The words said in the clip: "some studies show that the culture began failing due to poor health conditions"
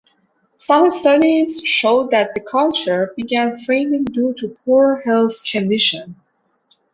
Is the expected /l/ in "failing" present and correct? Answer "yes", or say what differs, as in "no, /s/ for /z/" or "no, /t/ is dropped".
no, /n/ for /l/